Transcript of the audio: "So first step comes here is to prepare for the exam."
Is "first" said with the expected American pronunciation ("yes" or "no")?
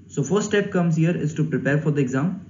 no